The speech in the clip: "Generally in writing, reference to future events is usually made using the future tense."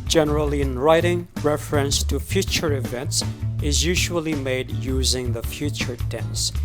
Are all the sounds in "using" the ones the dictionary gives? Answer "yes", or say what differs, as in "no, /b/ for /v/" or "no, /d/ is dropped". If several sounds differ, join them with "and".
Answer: yes